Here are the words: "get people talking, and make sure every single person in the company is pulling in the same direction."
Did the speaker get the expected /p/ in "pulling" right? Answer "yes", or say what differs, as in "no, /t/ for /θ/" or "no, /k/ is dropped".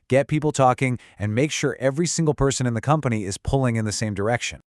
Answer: yes